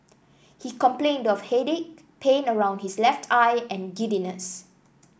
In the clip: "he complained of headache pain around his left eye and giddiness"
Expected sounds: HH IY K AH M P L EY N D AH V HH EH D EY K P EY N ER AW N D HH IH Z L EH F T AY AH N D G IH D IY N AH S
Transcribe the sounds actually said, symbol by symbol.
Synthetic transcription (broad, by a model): HH IY K AH M P L EY N D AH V HH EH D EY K P EY N ER AW N D HH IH S L EH F T AY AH N G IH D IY N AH S